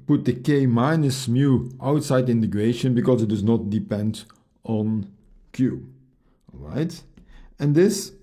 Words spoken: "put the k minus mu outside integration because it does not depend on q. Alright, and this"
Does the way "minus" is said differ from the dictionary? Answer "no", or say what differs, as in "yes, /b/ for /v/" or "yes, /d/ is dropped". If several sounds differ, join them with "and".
no